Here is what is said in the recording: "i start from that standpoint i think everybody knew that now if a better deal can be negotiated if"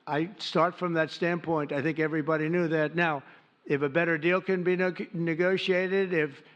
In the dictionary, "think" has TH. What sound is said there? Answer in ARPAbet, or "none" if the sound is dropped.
TH